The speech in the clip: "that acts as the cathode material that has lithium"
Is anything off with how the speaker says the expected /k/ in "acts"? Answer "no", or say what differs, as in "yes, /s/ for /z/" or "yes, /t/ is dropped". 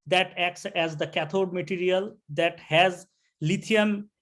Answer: no